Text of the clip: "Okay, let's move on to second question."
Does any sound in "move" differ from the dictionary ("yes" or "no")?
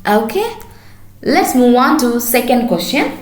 yes